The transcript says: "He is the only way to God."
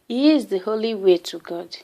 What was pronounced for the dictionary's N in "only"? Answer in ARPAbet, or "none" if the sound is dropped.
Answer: none